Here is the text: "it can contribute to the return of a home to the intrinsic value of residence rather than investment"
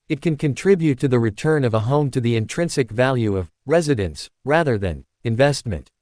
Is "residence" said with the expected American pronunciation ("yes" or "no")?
yes